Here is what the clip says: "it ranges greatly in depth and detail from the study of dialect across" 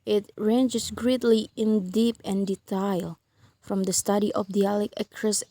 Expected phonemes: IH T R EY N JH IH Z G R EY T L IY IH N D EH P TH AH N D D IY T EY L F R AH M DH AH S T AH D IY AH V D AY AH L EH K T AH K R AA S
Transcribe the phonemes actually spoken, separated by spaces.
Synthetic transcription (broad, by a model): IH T R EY N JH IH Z G R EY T L IY IH N D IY P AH N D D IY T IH L F R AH M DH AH S T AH D IY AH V D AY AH L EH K AH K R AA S